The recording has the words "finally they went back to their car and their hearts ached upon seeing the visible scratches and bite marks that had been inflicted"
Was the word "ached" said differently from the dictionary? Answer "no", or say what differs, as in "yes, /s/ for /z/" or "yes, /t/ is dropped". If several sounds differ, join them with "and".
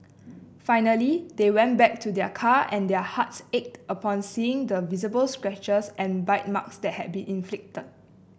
no